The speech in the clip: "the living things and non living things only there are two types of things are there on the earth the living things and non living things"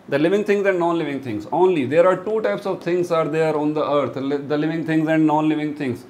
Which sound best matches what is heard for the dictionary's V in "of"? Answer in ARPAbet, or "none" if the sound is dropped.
V